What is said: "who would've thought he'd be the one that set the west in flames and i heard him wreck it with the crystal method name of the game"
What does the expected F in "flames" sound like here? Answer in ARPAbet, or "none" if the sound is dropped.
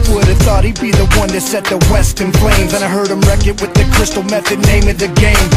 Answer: P